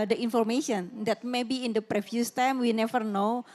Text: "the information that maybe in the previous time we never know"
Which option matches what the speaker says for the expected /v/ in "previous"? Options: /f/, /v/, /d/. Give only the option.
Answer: /f/